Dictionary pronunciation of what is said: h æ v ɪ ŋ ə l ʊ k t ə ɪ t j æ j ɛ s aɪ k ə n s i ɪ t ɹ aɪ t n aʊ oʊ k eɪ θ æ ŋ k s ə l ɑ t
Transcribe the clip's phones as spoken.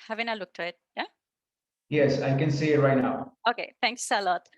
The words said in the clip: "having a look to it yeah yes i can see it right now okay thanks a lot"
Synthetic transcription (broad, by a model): h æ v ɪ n ə l ʊ k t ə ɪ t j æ j ɛ s aɪ k ə n s i ɪ t ɹ aɪ t n aʊ oʊ k eɪ t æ ŋ k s ə l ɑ t